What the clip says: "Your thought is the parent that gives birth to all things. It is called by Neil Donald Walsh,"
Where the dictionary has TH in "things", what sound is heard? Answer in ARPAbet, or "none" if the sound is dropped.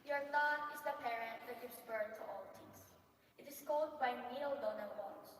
T